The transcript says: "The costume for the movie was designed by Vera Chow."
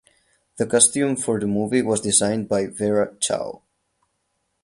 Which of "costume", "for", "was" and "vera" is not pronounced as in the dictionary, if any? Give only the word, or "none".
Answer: none